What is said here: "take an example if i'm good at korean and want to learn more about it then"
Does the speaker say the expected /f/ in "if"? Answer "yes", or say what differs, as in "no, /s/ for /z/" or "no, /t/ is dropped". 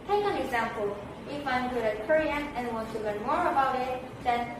yes